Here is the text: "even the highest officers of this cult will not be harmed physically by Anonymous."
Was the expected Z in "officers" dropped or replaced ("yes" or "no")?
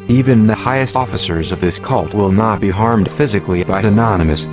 no